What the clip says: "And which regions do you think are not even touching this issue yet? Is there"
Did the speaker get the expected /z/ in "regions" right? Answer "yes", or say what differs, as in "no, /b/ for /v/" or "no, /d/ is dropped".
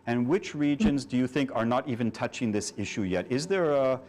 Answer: yes